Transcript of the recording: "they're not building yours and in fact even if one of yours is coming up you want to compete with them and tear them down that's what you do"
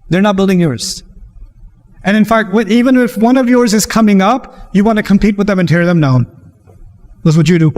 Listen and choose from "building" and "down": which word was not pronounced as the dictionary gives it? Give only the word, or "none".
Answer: none